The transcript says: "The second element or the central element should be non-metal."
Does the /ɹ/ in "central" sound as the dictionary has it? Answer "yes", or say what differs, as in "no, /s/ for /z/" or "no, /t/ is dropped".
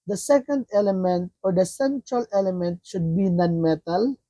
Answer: yes